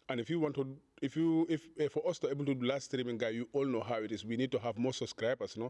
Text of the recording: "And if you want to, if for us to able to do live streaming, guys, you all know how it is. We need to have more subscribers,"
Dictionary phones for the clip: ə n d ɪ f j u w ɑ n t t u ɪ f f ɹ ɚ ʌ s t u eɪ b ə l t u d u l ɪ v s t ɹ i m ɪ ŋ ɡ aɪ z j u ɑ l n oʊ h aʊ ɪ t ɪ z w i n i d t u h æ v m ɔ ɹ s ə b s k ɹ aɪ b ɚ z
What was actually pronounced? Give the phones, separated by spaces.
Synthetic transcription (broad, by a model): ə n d ɪ f j u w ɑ n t t u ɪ f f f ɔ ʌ s t u eɪ b ə l t u d u l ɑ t s t ɹ i m ɪ ŋ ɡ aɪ j u ɑ l n oʊ h aʊ ɪ t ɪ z w i n i d t u h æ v m ɔ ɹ s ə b s k ɹ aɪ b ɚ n